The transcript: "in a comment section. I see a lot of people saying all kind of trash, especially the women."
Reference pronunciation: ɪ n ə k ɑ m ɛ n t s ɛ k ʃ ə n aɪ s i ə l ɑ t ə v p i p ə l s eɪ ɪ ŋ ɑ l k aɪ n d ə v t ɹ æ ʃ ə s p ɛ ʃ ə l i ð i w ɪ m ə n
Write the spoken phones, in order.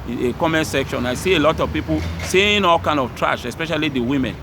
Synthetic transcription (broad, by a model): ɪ k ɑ m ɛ n s ɛ k ʃ ə n aɪ s i ə l ɑ t ə v p i p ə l s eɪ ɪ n ɑ l k aɪ n d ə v t ɹ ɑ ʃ ə s p ɛ ʃ ə l i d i w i m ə n